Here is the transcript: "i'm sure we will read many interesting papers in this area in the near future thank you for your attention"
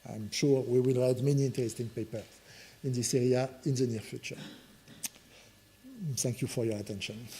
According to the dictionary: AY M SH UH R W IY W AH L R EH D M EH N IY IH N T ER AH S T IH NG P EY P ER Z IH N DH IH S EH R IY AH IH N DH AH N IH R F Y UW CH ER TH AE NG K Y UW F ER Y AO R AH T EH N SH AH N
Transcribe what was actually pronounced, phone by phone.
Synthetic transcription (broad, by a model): AY M SH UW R W IY W AH L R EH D M EH N IY IH N T ER AH S T IH NG P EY P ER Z IH N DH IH S EH R IY AH IH N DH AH N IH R F Y UW CH ER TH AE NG K Y UW F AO Y AO R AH T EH N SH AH N